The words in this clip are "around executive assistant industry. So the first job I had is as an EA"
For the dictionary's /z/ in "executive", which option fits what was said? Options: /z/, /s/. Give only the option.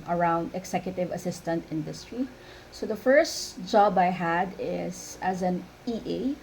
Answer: /s/